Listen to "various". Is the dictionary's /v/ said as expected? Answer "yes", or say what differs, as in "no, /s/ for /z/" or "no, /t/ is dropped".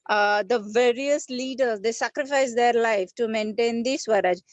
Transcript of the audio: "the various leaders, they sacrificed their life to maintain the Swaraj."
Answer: yes